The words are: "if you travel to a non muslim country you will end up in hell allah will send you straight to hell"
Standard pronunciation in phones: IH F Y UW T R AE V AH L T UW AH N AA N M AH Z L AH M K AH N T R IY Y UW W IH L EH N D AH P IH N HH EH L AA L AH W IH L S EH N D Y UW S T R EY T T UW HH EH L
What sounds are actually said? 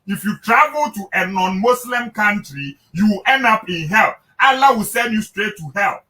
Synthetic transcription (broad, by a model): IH F Y UW T R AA V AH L T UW AH N AA N M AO S L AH M K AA N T R IY Y UW W IH L EH N D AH P IH N HH EH L AA L AH W IH L S EH N D Y UW S T R EY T T UW HH EH L